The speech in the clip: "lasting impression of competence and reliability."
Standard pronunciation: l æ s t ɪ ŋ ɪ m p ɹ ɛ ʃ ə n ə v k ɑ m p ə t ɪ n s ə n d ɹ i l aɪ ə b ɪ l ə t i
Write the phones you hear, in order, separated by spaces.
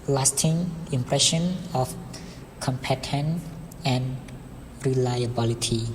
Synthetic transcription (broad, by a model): l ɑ s t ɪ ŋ ɪ m p ɹ ɛ ʃ ə n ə f k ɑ m p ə t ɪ n ə n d ɹ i l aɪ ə b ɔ l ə t i